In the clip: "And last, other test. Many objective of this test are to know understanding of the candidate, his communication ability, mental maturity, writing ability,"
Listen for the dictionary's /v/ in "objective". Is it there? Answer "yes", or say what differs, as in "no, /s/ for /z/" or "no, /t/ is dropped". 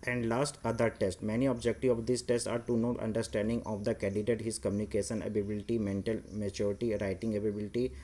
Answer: no, /v/ is dropped